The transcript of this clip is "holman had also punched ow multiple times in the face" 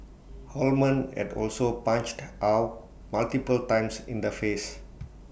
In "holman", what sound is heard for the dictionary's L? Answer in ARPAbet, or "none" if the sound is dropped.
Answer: L